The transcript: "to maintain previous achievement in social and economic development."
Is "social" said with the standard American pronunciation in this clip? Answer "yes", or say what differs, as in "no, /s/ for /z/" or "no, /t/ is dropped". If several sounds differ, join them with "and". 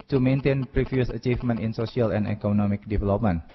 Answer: no, /s/ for /ʃ/